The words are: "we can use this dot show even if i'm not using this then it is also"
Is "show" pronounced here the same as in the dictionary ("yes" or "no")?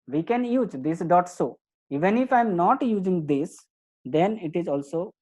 no